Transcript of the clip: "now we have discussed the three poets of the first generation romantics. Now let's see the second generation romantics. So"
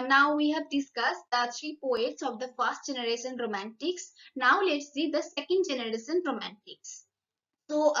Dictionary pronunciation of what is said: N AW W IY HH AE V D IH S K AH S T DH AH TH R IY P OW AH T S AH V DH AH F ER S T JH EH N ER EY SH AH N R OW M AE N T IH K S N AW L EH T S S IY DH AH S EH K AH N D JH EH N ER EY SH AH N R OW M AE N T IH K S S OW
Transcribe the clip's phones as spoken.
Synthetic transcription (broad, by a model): N AW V IY HH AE V D IH S K AH S T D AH T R IY P OW AH T S AH V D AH F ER S T JH EH N ER EY SH AH N R OW M AE N T IH K S N AW L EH T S S IY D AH S EH K AH N D JH EH N ER EY SH AH N R OW M AE N T IH K S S OW